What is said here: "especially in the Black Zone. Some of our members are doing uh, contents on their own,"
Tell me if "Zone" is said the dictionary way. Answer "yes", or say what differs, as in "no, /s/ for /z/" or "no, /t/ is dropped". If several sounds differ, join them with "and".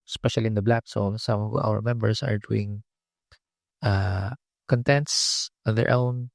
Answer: no, /s/ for /z/